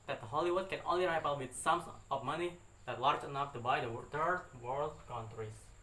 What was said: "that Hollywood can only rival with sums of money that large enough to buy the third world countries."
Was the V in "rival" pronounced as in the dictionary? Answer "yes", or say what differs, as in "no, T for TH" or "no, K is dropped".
no, P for V